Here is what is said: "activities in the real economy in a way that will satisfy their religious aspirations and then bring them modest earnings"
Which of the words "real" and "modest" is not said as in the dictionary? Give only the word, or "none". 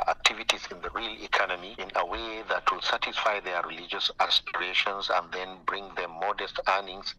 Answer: none